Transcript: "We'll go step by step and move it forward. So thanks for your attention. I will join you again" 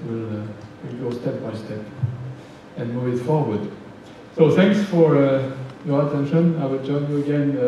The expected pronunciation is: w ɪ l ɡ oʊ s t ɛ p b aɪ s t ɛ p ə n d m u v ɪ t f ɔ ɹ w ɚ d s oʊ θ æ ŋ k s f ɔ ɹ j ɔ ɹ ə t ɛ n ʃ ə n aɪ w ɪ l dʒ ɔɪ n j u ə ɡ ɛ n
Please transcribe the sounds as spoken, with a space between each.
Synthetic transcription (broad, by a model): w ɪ l ɡ oʊ s t ɛ p b aɪ s t ɛ p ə n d m u v ɪ t f ɔ ɹ w ɚ d s oʊ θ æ ŋ k s f ɔ ɹ j ɔ ɹ ə t ɛ n ʃ ə n aɪ w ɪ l dʒ ɔɪ n j u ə ɡ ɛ n